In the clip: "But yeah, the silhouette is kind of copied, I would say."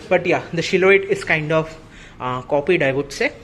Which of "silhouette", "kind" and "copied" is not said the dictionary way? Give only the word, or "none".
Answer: silhouette